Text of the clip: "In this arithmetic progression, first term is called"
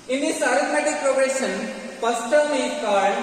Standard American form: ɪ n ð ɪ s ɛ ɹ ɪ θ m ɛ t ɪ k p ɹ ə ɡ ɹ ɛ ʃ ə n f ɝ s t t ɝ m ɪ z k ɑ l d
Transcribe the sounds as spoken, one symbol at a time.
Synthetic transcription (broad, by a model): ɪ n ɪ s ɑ ɹ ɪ t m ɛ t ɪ k p ɹ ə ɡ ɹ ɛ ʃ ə n p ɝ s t t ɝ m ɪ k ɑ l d